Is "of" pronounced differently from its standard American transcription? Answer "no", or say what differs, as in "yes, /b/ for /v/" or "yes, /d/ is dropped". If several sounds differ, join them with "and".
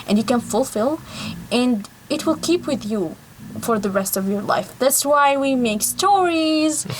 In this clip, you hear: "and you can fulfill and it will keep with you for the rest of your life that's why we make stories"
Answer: no